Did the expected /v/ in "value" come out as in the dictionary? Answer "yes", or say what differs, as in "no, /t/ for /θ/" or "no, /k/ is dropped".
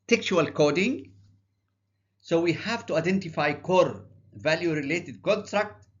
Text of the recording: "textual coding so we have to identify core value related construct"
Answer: yes